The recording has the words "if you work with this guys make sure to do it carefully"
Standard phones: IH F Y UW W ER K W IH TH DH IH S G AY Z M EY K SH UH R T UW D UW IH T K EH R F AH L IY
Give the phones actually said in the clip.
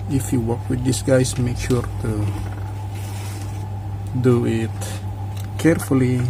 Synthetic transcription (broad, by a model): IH F Y UW W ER K W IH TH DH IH S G AY S M EY K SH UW R T UW D UW IH T K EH R F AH L IY